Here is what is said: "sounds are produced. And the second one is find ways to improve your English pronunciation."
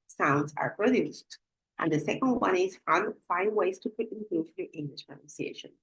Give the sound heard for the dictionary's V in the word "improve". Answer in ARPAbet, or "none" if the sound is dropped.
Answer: F